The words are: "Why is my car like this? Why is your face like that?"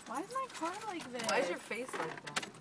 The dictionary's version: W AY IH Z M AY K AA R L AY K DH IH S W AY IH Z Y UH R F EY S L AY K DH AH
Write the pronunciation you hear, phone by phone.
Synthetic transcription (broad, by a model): W AY IH Z M AY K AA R L AY K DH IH W AY IH Z Y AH R F EY S L AY K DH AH